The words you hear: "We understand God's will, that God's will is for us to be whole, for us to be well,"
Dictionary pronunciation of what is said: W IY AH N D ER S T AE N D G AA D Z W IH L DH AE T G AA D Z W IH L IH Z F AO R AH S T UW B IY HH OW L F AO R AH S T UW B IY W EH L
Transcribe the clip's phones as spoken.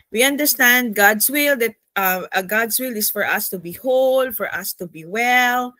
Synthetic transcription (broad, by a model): W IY AH N D ER S T AE N D G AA D S W IH L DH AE T G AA D S W IH L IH S F AO R AH S T UW B IY HH OW L F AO R AH S T UW B IY W EH L